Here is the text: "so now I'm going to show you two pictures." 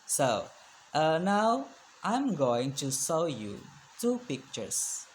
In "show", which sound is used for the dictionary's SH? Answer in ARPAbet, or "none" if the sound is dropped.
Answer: S